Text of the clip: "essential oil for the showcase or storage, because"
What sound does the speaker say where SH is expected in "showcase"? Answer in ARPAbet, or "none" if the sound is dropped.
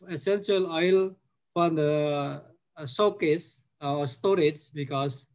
S